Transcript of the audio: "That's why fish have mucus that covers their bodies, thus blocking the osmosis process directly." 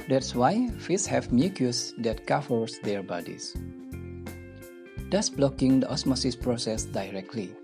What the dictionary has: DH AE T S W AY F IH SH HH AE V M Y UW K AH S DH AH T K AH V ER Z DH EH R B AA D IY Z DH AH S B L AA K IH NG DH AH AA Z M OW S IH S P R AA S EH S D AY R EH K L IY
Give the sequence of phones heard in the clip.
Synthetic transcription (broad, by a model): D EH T S W AY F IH S HH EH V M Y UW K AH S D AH T K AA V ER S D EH R B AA D IY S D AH S B L AA K IH NG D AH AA S M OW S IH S P R AA S EH S D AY R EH K L IY